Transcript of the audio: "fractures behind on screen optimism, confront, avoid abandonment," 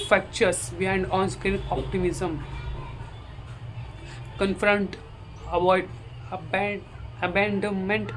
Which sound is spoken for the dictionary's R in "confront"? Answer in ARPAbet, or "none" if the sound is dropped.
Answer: R